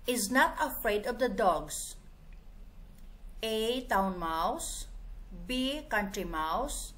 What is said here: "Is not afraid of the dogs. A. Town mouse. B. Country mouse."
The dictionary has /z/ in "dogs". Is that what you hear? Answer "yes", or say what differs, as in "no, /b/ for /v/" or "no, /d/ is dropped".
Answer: no, /s/ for /z/